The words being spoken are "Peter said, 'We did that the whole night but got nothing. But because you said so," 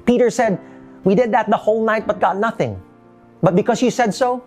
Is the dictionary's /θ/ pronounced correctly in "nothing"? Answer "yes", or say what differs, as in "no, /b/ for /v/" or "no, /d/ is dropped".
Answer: yes